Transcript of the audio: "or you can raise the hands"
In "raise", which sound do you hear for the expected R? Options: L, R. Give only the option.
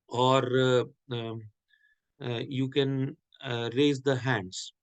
R